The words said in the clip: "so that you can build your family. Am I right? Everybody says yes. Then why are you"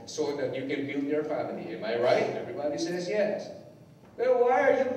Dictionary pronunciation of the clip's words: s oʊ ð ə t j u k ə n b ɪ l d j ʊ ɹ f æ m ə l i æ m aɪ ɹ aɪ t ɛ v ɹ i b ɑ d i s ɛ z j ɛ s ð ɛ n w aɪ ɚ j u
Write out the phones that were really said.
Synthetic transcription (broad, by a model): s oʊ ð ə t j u k ə n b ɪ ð j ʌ ɹ f æ m ə l i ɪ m aɪ ɹ aɪ t ɛ v ɹ i b ɑ d i s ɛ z j ɛ s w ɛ l w aɪ ɚ j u